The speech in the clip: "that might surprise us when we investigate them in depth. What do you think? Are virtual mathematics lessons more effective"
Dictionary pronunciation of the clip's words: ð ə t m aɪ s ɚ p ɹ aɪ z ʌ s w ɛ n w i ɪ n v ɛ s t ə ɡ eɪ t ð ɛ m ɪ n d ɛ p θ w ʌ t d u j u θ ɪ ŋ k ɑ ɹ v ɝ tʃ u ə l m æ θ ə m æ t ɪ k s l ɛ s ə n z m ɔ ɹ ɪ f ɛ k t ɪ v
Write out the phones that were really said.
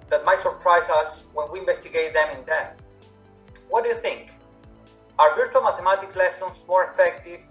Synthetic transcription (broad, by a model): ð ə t m aɪ s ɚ p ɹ aɪ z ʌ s w ɛ n w i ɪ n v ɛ s t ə ɡ eɪ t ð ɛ m ɪ n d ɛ θ w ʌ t d u j u θ ɪ ŋ k ɑ ɹ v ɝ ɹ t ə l m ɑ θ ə m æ t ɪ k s l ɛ s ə n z m ɔ ɹ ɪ f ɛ k t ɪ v